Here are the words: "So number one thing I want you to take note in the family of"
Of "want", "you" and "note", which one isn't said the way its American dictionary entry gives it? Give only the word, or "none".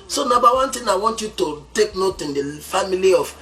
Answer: none